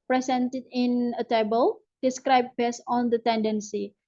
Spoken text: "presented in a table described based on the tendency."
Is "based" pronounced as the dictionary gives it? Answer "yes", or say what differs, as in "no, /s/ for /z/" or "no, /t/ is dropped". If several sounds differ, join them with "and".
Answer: no, /t/ is dropped